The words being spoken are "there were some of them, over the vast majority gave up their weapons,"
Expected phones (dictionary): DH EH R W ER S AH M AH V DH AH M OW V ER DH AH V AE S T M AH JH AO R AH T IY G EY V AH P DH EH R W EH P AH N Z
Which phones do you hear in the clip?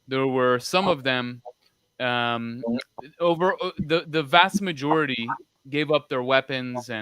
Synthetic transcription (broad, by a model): DH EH R W ER S AH M AH V DH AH M OW V ER DH AH V AE S T M AH JH AO R AH T IY G EY V AH P DH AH R W EH P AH N Z